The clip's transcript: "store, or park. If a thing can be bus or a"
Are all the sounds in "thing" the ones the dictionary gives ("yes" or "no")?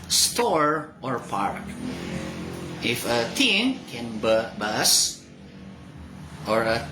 no